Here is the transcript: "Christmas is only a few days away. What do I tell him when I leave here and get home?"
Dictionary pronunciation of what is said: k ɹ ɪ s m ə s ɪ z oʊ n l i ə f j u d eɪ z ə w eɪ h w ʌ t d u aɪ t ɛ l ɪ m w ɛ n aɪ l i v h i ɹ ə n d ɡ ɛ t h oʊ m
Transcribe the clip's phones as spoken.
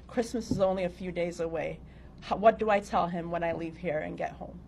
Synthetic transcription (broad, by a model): k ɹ ɪ s m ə s ɪ z oʊ n l i ə f j u d eɪ z ə w eɪ h w ʌ t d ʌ aɪ t ɛ l ɪ m w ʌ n aɪ l i v h i ɹ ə n ɡ ɛ t h oʊ m